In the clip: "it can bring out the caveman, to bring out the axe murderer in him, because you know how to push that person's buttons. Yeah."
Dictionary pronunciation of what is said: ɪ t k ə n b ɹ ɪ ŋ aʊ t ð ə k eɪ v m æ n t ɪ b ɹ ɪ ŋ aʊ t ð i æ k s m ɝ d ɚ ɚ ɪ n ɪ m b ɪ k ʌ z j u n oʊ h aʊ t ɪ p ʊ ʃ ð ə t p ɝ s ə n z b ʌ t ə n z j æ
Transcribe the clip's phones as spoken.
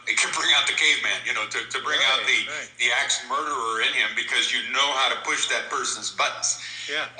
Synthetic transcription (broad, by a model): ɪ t k ə n b ɹ ɪ ŋ aʊ t ð ə k eɪ v m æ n t ɪ b ɹ ɪ ŋ aʊ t ð i æ k s m ɝ d ɚ ɚ ɪ n ɪ m b ɪ k ʌ z j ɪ n oʊ h aʊ t ɪ p ʊ ʃ ð ə t p ɝ s ə n z b ʌ t n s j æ